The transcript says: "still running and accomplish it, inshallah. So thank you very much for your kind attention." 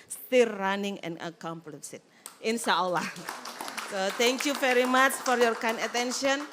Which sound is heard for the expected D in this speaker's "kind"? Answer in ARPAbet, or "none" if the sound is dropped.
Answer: none